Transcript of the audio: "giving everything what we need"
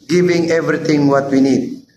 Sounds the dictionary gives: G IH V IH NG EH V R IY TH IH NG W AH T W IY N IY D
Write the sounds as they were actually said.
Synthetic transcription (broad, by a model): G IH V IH NG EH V R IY T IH NG W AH T W IY N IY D